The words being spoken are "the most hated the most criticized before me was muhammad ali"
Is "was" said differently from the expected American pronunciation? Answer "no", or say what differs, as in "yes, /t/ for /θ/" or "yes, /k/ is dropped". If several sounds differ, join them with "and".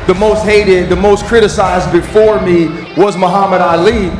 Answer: no